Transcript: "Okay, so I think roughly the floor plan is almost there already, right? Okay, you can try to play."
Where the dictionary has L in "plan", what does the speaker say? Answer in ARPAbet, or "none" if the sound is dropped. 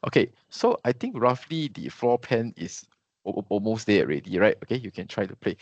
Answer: none